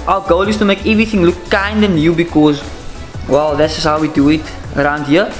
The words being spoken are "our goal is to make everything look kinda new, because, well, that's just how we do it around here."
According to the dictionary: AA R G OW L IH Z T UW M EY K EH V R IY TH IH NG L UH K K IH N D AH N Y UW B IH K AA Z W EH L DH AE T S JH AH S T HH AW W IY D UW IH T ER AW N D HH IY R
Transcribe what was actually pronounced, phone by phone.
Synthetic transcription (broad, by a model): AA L G OW L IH S T UW M EY K EH V R IY TH IH NG L UH K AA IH N D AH N Y UW B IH K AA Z W EH L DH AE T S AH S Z HH AW W IY D UW IH T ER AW N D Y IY